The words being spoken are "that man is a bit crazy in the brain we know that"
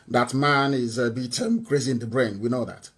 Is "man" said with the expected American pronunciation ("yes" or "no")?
yes